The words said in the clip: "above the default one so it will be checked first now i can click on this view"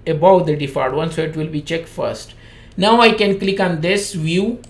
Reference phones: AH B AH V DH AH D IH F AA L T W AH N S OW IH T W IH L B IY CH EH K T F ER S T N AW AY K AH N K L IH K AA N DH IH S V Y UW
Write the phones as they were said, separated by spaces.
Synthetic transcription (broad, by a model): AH B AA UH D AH D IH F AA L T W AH N S OW IH T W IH L B IY CH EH K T F ER S T N AW AY K AH N K L IH K AA N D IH S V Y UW